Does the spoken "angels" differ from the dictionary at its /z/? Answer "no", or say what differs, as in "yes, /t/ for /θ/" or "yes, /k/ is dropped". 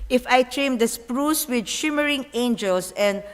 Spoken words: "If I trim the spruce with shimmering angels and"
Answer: yes, /s/ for /z/